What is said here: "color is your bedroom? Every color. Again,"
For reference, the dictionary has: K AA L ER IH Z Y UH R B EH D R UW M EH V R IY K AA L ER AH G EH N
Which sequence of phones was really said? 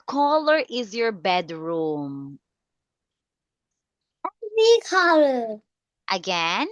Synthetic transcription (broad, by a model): K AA L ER IH Z Y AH R B EH D R UW M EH R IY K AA L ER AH G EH N